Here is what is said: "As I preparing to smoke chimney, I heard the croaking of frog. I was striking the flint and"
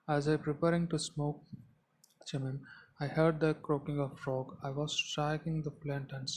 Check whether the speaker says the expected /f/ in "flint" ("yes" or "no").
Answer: no